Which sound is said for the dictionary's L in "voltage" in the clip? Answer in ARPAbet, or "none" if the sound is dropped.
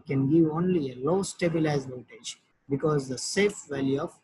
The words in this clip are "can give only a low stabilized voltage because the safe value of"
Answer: none